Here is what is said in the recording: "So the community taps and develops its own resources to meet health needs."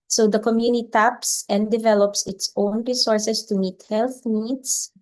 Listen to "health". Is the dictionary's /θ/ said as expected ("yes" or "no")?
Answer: yes